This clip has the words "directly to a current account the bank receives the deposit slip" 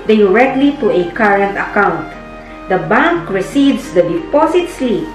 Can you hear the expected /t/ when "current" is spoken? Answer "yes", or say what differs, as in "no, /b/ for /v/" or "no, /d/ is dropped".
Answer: yes